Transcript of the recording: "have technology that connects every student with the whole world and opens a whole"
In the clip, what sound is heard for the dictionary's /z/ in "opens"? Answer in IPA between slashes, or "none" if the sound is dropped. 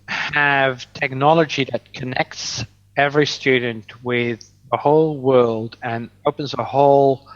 /z/